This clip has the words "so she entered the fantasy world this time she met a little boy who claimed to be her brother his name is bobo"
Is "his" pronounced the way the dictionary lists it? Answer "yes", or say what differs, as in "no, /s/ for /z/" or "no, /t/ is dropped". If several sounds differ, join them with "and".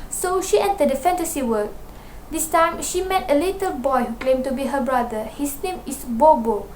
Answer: no, /s/ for /z/